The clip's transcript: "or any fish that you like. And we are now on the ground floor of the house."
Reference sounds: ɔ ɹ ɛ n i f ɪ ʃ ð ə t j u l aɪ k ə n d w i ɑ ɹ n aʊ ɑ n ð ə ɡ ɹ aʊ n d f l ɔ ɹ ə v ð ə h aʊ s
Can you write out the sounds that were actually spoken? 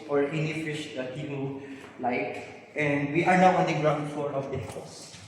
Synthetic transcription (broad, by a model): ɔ ɹ ɛ n i f ɪ ʃ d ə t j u l aɪ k ə n d w i ɑ ɹ n aʊ ɑ n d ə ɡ ɹ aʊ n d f ɔ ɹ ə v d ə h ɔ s